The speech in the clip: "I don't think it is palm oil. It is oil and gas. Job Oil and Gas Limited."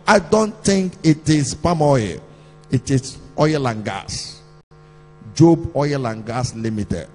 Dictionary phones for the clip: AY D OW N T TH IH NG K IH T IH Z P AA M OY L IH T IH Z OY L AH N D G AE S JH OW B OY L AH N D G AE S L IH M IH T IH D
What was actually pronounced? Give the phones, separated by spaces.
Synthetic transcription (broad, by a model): AY D OW N T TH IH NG K IH T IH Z P AA M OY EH IH T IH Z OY L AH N G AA S JH OW B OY L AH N G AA S L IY M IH T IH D